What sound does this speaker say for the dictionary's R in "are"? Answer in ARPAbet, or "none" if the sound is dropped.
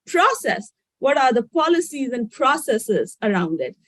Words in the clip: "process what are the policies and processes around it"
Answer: R